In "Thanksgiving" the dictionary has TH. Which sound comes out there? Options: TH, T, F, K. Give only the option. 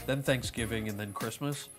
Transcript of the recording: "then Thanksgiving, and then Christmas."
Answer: TH